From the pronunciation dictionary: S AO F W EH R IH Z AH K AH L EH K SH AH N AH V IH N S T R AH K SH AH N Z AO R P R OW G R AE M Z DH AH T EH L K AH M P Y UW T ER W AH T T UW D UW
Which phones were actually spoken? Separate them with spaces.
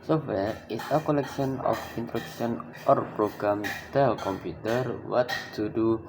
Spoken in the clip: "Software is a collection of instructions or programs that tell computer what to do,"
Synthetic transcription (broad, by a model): S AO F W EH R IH S AH K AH L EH K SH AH N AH F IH N T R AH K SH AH N AO R P R OW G R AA M T EH L K AH M P Y UW T ER W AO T T UW D UW